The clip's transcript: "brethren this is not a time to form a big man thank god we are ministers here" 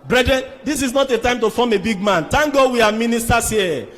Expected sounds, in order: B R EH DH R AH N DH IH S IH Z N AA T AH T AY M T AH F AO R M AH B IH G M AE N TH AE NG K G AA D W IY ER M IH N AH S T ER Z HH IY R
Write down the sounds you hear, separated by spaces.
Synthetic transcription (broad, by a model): B R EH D R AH N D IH S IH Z N AA T AH T AY M T AH F AO M AH B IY G M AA N T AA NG G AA W IY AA M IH N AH S T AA S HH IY